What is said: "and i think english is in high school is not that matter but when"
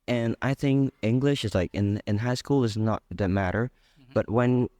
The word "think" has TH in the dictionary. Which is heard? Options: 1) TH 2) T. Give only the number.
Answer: 1